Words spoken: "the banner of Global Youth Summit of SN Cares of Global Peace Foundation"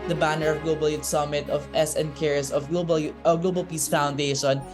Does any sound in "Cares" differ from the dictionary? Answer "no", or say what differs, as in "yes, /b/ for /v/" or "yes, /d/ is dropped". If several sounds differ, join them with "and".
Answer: yes, /s/ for /z/